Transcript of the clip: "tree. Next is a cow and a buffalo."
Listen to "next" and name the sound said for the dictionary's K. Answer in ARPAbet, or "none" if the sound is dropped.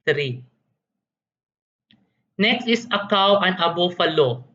K